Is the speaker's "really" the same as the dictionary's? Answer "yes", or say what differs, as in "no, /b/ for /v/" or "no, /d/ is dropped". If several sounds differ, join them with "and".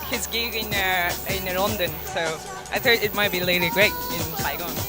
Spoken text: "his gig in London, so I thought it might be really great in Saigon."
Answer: no, /l/ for /ɹ/